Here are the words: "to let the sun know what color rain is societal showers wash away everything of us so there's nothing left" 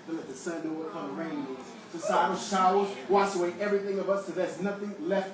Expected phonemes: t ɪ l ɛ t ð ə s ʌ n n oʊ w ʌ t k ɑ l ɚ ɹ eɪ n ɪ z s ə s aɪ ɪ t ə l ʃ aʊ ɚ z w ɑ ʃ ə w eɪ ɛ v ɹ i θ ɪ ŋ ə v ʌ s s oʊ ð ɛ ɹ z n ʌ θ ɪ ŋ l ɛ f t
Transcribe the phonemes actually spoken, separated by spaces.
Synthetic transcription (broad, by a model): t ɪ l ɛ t ð ə s ʌ n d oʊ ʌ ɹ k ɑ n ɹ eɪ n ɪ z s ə s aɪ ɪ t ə ʃ aʊ ɚ z w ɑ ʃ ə w eɪ ɛ v ɹ i θ ɪ ŋ ə v ʌ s s oʊ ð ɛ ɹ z n ʌ θ ɪ ŋ l ɛ f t